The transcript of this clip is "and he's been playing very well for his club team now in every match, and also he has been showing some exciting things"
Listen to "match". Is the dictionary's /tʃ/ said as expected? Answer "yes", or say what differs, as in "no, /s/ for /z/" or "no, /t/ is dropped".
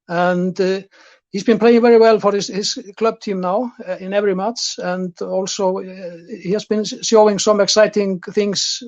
no, /s/ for /tʃ/